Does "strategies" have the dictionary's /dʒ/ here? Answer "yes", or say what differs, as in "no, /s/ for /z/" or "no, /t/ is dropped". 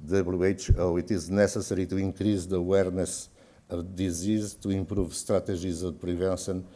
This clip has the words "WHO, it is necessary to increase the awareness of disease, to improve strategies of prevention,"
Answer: no, /ʒ/ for /dʒ/